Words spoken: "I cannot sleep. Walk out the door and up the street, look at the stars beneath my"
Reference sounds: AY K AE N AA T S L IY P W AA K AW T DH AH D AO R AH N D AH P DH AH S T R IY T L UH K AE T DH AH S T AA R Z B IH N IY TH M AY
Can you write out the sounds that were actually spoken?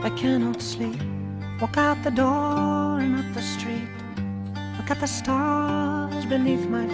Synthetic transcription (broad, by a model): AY K AE N AA T S L IY P W AA K AW T DH AH D AO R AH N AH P DH AH S T R IY T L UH K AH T DH AH S T AA R Z B IH N IY TH M AY